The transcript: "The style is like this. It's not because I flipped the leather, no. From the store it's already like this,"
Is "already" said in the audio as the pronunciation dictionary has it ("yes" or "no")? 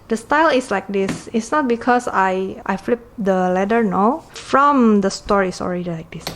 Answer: yes